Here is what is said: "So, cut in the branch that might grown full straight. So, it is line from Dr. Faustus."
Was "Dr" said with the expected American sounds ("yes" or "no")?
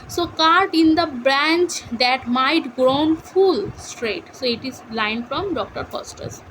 yes